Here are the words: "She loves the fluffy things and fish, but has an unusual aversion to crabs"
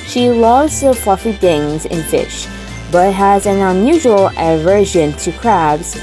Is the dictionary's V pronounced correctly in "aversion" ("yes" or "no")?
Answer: yes